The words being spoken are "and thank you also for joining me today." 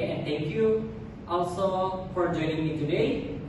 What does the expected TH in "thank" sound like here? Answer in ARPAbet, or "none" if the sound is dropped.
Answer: T